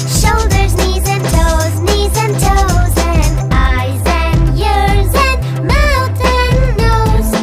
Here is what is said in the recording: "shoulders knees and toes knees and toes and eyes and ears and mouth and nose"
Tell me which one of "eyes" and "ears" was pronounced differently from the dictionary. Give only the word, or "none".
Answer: none